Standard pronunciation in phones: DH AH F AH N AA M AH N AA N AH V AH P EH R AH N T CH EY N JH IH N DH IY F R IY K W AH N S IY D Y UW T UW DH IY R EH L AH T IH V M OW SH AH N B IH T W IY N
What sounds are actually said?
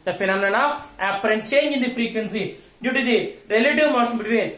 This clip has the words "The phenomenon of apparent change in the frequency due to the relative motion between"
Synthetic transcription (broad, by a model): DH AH F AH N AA M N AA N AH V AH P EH R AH N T CH EY N JH IH N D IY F R IY K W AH N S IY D Y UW T UW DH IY R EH L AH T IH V M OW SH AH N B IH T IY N